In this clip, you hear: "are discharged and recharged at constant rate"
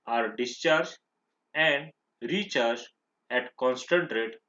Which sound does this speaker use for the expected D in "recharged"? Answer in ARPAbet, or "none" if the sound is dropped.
none